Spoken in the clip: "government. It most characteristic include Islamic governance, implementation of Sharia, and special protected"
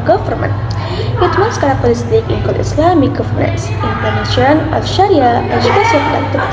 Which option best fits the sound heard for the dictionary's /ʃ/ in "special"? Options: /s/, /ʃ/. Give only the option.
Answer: /s/